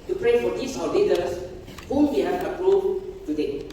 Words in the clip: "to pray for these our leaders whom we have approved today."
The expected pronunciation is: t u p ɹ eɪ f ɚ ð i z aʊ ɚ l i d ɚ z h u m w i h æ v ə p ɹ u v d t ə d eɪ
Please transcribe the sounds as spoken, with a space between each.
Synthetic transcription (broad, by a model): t u p ɹ eɪ f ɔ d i s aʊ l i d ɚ s h u m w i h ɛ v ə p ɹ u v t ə d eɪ